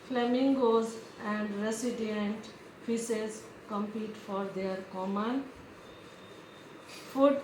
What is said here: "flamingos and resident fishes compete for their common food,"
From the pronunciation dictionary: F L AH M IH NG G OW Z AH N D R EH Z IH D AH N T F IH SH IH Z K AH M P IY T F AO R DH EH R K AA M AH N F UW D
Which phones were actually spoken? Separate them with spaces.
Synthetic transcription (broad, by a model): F L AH M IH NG G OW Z AH N D R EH S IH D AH N T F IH S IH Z K AH M P IY T F AO R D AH R K AA M AH N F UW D